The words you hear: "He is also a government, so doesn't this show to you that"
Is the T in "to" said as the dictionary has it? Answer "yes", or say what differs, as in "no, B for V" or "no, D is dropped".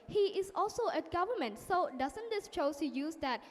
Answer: no, S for T